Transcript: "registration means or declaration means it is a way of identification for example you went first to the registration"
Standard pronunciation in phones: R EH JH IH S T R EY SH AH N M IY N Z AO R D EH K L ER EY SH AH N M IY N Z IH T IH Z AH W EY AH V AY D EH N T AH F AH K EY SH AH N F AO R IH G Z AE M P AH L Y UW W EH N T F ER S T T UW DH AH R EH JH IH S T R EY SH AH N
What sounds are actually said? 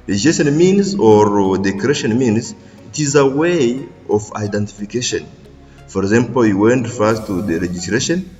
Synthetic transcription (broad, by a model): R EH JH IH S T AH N M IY N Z AO R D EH K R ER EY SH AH N M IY N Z IH T IH Z AH W EY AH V AY D EH N T AH F AH K EY SH AH N F AO R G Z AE M P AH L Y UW W EH N T F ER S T T UW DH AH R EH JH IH S T R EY SH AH N